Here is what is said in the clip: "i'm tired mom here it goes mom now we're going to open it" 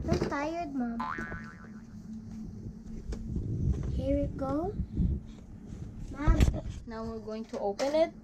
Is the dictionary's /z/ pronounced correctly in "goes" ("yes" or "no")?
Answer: no